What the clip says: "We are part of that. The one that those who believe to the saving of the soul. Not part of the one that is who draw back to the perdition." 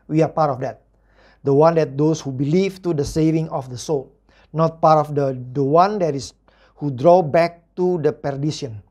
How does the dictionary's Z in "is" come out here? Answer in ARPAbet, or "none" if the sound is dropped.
S